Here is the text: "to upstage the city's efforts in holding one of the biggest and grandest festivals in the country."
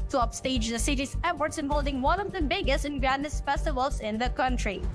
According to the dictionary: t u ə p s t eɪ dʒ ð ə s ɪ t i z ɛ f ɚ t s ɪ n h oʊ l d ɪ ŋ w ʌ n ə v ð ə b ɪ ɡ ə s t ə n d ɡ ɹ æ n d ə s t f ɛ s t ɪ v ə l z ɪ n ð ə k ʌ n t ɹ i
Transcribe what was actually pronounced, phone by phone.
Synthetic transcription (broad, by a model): t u ə p s t eɪ dʒ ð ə s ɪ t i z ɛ p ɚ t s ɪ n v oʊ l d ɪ ŋ w ʌ n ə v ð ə b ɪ ɡ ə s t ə n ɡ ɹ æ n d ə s f ɛ s t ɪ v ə l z ɪ n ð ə k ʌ n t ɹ i